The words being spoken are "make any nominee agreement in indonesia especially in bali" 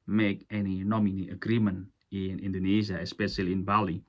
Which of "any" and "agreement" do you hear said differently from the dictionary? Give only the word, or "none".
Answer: agreement